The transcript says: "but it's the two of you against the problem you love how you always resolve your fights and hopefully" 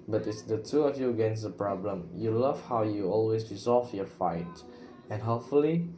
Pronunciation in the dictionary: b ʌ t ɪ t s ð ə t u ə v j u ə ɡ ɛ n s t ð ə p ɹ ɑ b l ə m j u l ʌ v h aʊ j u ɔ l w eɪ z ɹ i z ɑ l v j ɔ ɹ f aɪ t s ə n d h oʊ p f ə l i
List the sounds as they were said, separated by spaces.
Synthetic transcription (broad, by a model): b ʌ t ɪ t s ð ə t u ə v j u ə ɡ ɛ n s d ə p ɹ ɑ b l ə m j u l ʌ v h aʊ j u ɔ l w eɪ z ɹ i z ɑ l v j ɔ f aɪ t ə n h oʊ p f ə l i